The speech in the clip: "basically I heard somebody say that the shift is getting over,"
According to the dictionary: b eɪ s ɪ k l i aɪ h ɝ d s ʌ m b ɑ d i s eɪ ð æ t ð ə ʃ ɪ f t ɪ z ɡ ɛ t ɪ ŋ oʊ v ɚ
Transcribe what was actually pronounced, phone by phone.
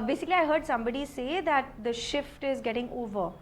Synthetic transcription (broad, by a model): b eɪ s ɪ k l i aɪ h ɝ d s ʌ m b ɑ d i s eɪ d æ t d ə ʃ ɪ f t ɪ z ɡ ɛ t ɪ ŋ oʊ v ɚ